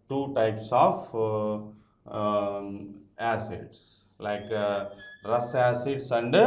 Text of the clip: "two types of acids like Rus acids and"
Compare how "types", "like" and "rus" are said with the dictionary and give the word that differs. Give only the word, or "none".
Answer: none